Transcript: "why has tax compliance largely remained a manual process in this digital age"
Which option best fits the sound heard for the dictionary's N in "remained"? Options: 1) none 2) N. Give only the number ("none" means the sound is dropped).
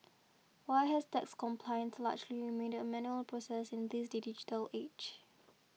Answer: 1